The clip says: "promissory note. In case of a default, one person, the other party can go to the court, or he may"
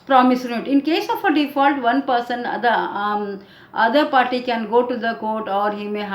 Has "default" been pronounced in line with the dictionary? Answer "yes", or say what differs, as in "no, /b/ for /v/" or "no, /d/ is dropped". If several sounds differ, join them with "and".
yes